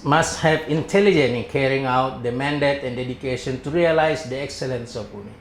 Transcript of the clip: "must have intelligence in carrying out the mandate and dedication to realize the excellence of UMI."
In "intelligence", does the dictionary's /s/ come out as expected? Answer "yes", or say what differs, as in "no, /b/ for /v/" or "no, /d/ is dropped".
no, /s/ is dropped